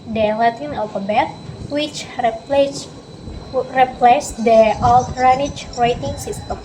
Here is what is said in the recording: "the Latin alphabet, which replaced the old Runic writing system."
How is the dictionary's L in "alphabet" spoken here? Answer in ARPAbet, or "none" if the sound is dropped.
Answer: none